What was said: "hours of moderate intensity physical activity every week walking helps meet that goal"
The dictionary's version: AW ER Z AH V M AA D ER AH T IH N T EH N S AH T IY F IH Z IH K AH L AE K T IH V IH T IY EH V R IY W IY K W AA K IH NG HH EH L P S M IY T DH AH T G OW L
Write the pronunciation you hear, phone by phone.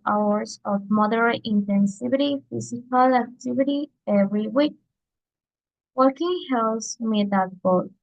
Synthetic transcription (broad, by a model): AW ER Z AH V M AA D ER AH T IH N T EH N S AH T IY F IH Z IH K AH L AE K T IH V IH T IY EH V R IY W IY K W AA K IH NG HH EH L S M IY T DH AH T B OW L